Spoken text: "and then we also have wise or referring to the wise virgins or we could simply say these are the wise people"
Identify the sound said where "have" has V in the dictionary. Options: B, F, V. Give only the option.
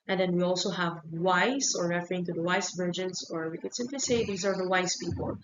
V